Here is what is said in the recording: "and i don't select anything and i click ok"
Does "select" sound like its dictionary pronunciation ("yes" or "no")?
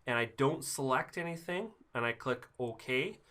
yes